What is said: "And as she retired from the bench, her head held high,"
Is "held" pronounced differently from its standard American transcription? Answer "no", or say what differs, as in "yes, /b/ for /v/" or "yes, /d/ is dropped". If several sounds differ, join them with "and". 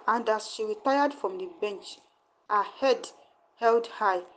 no